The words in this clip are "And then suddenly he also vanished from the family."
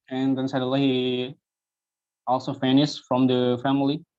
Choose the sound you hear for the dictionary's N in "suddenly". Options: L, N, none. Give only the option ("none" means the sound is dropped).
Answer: none